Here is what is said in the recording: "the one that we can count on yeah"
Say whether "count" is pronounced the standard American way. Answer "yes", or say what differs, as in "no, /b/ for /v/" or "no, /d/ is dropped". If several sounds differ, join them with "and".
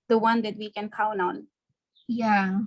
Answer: no, /t/ is dropped